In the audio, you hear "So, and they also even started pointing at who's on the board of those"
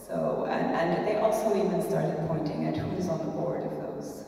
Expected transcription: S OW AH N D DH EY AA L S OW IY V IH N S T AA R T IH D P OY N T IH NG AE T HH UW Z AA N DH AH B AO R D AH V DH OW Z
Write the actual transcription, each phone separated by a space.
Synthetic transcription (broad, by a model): S OW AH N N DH EY AA L S OW IY V IH N S T AA R T IH D P OY N T IH NG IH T HH UW Z N DH AH B AO R D AH V DH OW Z